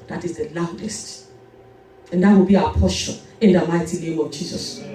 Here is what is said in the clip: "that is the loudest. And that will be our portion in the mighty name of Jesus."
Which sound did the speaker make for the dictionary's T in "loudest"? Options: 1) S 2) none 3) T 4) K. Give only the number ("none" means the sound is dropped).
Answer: 3